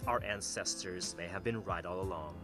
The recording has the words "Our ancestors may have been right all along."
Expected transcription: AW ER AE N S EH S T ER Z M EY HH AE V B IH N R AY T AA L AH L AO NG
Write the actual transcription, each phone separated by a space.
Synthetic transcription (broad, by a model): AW ER AE N S EH S T ER Z M EY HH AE V B IH N R AY T AA L AH L AO NG